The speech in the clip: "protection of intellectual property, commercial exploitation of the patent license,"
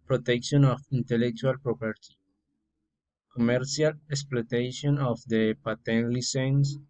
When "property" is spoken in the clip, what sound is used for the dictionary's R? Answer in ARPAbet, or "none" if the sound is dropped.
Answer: R